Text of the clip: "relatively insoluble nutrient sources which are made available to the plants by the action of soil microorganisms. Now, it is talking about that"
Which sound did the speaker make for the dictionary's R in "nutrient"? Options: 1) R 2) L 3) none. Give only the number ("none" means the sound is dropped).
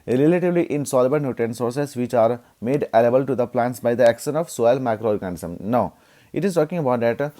3